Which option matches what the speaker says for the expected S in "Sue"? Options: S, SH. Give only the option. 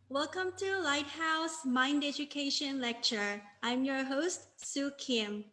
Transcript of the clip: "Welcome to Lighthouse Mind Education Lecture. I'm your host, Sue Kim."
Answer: S